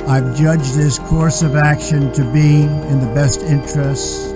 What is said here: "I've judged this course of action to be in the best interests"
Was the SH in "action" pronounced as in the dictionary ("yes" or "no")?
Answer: yes